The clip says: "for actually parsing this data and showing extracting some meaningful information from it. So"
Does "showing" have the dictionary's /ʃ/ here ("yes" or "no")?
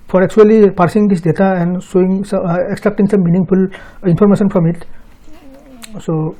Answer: no